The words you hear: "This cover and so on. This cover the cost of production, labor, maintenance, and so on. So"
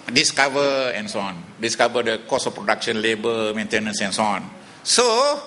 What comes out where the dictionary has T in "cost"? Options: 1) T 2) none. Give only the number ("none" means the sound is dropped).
2